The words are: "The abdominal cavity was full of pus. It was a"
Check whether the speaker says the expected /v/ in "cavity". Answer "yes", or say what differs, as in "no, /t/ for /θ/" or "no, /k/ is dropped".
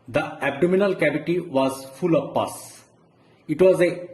no, /b/ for /v/